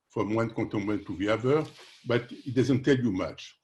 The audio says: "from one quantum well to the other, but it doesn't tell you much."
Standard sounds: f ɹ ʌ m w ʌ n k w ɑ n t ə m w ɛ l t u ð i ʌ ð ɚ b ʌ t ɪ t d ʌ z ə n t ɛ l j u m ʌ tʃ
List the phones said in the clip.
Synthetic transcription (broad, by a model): f ɹ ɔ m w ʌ n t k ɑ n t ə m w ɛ n t u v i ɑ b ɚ b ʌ t ɪ t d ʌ z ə n t ɛ l j u m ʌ tʃ